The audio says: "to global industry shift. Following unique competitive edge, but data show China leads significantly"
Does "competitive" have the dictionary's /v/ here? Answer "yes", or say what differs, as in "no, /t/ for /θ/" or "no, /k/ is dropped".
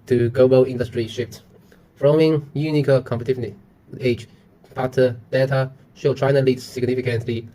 no, /v/ is dropped